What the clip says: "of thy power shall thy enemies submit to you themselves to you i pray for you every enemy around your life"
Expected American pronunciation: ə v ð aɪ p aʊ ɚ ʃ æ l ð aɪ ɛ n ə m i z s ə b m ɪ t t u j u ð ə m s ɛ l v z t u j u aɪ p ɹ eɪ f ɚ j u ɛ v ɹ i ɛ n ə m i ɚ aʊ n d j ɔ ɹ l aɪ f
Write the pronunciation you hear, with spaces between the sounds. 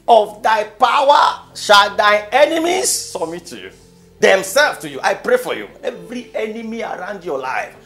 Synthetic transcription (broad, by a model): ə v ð aɪ p aʊ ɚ ʃ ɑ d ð aɪ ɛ n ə m i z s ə m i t t u j u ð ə m s ɛ l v t u j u aɪ p ɹ eɪ f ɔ j u ɛ v ɹ i ɛ n ə m i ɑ aʊ n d j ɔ l aɪ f